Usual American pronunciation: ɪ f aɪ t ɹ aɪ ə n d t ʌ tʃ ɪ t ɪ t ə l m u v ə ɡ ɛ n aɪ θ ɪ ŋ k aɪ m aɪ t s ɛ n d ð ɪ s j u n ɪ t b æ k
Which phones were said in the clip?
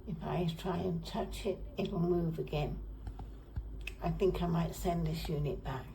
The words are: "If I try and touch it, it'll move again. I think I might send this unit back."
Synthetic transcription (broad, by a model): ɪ f aɪ t ɹ aɪ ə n t ʌ tʃ ɪ t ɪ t l m u v ə ɡ ɛ n aɪ θ ɪ ŋ k aɪ m aɪ t s ɛ n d ð ɪ s j u n ɪ t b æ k